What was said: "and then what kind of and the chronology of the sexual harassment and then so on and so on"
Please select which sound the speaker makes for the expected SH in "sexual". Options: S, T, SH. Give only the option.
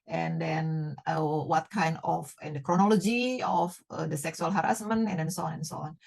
S